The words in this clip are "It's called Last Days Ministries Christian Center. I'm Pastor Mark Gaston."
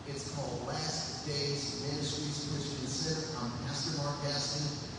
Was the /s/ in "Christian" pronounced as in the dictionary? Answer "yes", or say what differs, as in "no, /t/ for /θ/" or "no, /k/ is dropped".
no, /s/ is dropped